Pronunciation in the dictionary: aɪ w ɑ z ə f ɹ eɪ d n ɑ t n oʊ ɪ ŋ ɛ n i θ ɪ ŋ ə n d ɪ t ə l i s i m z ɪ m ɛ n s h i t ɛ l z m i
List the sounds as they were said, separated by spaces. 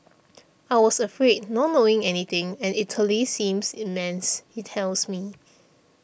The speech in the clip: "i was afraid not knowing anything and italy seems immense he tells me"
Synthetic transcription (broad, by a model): aɪ w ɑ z ə f ɹ eɪ d n ɑ t n oʊ ɪ ŋ ɛ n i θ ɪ ŋ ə n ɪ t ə l i s i m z ɪ m ɛ n s h i t ɛ l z m i